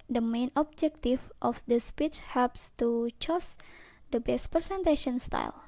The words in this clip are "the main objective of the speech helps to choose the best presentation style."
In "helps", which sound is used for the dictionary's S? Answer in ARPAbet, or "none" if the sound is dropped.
S